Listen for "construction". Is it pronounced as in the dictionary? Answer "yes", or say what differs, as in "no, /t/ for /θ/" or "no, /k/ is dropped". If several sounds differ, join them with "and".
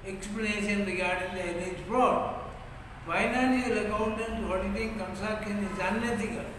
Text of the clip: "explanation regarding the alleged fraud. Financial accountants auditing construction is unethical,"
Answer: no, /ʃ/ is dropped